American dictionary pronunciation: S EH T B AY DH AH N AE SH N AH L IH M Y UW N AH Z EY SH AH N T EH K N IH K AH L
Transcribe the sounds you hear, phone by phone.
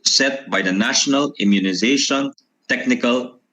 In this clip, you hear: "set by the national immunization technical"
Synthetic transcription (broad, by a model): S EH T B AY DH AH N AE SH N AH L IH M Y UW N AH Z EY SH AH N T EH K N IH K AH L